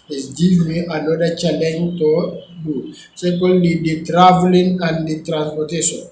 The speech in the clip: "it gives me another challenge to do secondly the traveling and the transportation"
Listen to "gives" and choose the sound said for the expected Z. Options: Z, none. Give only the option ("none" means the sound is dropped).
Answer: none